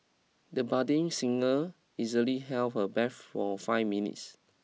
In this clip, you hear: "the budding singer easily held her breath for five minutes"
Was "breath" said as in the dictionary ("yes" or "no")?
no